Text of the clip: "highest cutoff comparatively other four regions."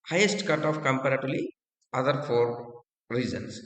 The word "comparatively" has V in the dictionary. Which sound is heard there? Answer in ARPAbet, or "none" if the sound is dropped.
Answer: none